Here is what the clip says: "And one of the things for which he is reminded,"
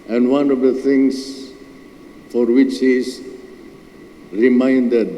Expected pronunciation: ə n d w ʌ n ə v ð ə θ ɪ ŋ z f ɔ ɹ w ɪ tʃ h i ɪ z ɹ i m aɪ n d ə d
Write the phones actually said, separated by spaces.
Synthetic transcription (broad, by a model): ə n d w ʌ n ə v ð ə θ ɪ ŋ s f ɔ ɹ w ɪ tʃ h i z ɹ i m aɪ n d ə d